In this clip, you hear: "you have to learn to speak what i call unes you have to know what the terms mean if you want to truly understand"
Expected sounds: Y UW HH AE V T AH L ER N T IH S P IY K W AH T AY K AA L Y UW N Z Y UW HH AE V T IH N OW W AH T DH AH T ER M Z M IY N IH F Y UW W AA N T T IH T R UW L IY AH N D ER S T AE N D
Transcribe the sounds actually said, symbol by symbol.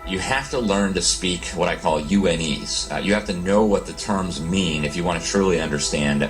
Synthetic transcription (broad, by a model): Y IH HH AE F T AH L ER N T IH S P IY K W AH T AY K AA L Y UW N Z Y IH HH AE F T IH N OW W AH T DH AH T ER M Z M IY N IH F Y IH W AA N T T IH T R UW L IY AH N D ER S T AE N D